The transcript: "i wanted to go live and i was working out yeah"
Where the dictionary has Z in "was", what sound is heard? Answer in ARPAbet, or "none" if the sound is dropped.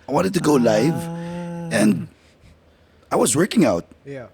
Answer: Z